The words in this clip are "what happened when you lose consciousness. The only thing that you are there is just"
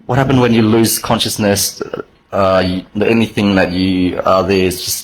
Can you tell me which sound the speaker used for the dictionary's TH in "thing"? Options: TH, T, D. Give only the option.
TH